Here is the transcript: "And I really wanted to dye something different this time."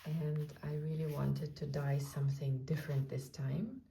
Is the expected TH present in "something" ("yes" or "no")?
yes